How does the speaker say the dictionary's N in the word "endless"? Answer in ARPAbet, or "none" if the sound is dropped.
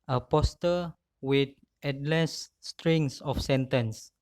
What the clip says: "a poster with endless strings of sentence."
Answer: none